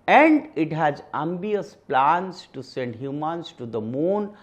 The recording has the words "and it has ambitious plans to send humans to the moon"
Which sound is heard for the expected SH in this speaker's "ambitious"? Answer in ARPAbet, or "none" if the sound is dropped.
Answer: none